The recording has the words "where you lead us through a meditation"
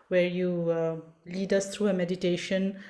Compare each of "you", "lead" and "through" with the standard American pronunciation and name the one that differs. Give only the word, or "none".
through